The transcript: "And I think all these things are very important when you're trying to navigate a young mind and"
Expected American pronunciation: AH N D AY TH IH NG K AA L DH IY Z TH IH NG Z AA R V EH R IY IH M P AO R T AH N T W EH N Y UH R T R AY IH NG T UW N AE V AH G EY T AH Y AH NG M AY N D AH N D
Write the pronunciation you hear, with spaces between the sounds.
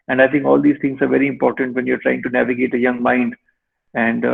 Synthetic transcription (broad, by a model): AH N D AY T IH NG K AA L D IY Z T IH NG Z AA R V EH R IY IH M P AO R T AH N T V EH N Y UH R T R AY IH NG T UW N AE V AH G EY T AH Y AH NG M AY N D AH N D